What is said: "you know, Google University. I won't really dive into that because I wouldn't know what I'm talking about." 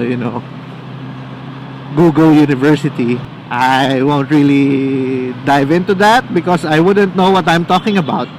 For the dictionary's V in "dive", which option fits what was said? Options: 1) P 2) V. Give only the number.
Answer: 2